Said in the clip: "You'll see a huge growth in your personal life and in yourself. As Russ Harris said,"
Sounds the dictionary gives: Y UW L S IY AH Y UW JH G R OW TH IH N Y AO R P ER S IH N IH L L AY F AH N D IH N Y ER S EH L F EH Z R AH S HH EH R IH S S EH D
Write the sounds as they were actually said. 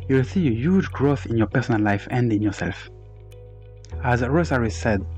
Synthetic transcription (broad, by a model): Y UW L S IY AH Y UW JH G R OW TH IH N Y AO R P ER S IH N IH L L AY F AH N D IH N Y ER S EH L F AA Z R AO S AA R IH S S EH D